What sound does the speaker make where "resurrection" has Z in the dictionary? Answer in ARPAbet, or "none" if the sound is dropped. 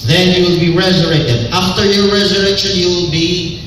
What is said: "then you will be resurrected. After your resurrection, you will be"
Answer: Z